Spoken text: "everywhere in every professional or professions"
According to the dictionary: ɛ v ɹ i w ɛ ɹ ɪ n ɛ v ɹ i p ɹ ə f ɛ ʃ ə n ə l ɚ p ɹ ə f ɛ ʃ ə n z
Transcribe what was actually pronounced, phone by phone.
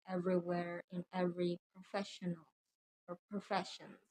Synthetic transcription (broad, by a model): ɛ v ɹ i w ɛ ɹ ɪ n ɛ v ɹ i p ɹ ə f ɛ ʃ ə n ə l ɚ p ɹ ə f ɛ ʃ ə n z